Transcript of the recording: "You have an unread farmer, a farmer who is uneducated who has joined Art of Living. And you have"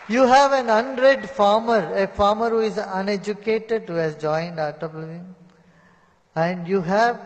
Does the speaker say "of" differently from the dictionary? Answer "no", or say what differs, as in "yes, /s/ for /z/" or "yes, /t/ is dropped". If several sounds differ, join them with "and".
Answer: yes, /b/ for /v/